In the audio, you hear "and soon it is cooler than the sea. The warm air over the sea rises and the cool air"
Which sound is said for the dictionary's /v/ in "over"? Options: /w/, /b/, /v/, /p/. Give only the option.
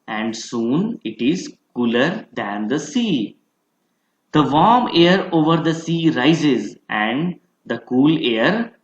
/v/